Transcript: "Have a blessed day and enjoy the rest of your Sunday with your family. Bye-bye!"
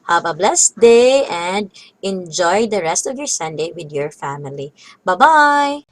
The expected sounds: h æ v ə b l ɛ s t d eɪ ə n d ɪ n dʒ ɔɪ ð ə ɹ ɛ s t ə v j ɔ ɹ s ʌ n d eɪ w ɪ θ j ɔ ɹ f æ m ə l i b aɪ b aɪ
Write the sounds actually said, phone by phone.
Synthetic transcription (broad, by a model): h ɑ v ə b l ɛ s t d eɪ ə n d ɪ n dʒ ɔɪ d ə ɹ ɛ s t ə v j ɔ ɹ s ʌ n d eɪ w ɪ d j ɔ ɹ f æ m ə l i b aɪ b aɪ